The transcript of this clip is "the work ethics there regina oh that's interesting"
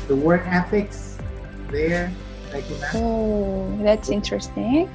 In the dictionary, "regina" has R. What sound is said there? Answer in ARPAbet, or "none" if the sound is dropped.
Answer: L